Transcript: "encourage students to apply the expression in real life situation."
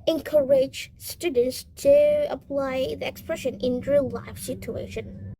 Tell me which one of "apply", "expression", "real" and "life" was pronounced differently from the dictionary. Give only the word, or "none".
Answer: real